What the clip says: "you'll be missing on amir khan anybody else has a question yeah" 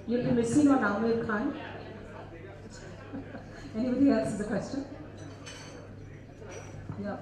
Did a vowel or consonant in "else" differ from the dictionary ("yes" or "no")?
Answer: yes